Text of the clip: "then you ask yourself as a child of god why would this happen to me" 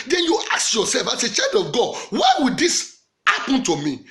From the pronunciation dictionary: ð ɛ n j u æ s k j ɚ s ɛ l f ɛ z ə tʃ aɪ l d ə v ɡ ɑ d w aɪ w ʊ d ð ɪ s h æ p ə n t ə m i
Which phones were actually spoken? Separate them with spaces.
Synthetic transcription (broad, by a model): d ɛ n j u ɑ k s j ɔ s ɛ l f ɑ s ə tʃ aɪ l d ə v ɡ ɑ d w aɪ w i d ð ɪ s h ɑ p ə n t ə m i